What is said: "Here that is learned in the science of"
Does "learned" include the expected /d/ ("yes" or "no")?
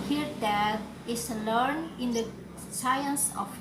no